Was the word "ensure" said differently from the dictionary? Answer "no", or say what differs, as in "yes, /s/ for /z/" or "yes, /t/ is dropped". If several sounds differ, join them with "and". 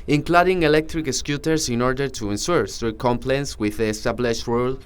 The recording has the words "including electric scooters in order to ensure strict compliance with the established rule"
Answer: yes, /s/ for /ʃ/